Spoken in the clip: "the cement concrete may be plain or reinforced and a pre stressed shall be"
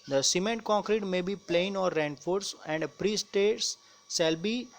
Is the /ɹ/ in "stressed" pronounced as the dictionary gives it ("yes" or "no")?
no